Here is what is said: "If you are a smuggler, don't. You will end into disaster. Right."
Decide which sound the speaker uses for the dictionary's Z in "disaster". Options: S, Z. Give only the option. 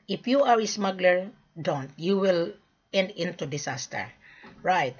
S